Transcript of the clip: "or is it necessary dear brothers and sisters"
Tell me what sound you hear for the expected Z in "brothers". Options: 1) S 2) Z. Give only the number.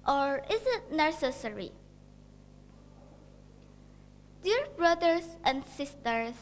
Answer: 1